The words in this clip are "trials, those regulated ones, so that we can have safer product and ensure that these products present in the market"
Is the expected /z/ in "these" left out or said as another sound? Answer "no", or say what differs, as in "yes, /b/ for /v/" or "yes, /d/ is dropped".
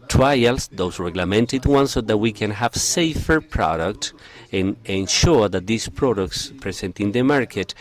yes, /s/ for /z/